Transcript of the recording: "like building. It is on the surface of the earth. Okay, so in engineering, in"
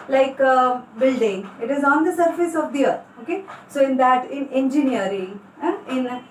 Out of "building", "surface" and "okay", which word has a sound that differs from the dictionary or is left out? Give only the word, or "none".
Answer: none